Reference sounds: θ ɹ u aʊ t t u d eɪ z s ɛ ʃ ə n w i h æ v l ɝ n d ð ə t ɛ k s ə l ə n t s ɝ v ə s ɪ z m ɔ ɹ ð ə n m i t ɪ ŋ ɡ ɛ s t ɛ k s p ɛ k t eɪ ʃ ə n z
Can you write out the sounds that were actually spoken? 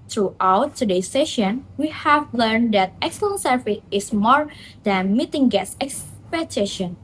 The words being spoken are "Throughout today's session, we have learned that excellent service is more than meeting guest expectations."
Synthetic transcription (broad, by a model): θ ɹ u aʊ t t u d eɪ s ɛ ʃ ə n w i h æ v l ɝ n d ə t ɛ k s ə l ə n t s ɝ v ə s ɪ s m ɔ ɹ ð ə n m i t ɪ ŋ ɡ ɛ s ɛ k s p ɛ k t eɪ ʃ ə n